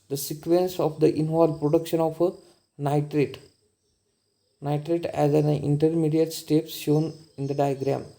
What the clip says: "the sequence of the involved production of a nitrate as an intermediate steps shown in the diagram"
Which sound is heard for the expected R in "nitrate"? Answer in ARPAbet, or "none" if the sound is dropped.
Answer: R